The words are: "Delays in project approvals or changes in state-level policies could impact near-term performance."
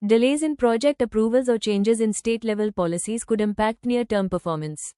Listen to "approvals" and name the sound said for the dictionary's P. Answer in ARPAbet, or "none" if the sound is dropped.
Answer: P